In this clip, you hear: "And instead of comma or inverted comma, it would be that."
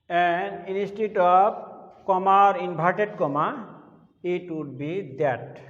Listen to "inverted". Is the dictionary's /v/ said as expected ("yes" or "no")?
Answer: no